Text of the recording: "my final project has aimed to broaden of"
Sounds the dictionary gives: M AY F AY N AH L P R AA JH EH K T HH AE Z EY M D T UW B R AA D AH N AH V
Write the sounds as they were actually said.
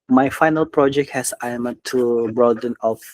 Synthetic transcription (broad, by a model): M AY F AY N AH L P R AA JH EH K T HH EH S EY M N T UW B R AA D AH N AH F